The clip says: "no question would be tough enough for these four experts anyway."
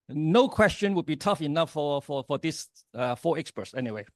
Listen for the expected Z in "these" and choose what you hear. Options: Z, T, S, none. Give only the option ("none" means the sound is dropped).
S